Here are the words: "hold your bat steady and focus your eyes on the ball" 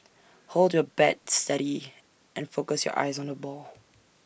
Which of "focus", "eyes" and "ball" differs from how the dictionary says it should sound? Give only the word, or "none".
none